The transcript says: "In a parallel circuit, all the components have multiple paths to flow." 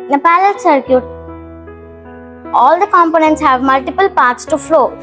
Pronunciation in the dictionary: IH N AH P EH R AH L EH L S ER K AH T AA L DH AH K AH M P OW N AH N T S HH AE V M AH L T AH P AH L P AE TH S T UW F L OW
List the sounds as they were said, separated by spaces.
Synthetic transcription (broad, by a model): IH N AH P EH L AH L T S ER K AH T AA L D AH K AH M P OW N AH N T S HH AE V M AH L T AH P AH L P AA T S T UW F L OW